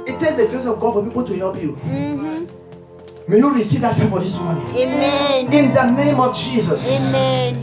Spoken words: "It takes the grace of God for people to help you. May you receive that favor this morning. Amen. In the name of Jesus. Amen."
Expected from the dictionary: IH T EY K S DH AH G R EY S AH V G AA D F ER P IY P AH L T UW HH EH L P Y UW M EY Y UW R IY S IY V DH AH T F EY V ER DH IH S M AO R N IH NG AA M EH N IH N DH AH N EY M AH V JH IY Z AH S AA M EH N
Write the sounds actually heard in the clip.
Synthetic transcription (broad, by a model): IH T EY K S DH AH G R EY S AH V G AA D F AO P IY P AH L T UW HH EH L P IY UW M EY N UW R IY S IY V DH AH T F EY F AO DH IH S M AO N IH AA N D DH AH N EY M AH V JH IY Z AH S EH